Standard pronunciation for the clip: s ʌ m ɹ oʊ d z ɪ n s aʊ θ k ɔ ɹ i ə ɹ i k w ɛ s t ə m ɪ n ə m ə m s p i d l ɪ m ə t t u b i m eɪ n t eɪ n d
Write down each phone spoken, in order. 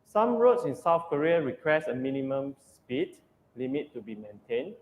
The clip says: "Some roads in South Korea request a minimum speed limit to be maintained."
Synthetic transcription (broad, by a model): s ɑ m ɹ oʊ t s ɪ n s aʊ θ k ɔ ɹ i ə ɹ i k w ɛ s ə m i n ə m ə m s p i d l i m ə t t u b i m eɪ n t eɪ n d